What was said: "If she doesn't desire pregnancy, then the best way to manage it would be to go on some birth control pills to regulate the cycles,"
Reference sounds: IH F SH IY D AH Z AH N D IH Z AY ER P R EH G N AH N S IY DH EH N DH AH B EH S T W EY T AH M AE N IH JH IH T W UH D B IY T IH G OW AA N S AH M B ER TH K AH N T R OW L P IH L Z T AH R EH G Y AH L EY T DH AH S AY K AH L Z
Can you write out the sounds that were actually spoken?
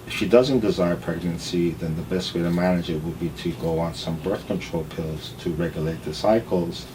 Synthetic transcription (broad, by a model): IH F SH IY D AH Z AH N D IH Z AY ER P R EH G N AH N S IY DH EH N DH AH B EH S T W EY T AH M AE N IH JH IH T W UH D B IY T IH G OW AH N S AH M B ER TH K AH N T R OW L P IH L Z T AH R EH G Y AH L EY T DH AH S AY K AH L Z